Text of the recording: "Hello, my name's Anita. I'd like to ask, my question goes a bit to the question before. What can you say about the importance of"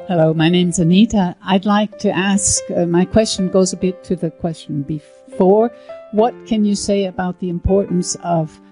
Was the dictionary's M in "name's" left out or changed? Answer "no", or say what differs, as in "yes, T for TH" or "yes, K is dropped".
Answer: no